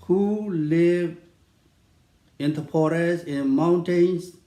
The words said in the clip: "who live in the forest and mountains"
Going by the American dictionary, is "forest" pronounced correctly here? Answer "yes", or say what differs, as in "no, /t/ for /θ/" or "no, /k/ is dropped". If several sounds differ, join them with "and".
no, /p/ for /f/ and /t/ is dropped